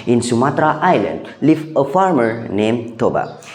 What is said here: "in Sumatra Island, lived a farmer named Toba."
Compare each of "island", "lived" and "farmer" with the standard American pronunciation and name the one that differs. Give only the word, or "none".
lived